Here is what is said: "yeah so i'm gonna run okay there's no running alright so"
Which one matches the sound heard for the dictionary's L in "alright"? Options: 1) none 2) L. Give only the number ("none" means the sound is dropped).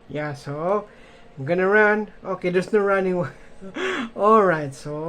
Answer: 2